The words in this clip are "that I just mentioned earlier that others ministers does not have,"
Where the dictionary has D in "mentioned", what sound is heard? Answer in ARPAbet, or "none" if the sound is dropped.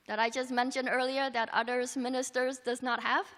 D